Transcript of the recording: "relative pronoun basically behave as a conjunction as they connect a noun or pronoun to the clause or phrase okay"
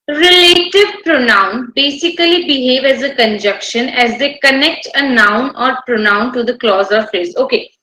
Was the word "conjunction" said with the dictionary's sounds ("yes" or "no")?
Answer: no